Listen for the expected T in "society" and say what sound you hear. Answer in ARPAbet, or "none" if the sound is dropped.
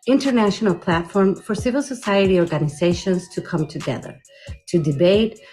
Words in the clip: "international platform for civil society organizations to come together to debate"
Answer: T